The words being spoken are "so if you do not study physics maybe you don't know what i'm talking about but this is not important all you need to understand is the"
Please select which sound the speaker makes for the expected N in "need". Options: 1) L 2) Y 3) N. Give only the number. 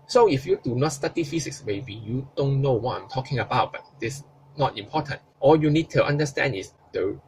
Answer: 3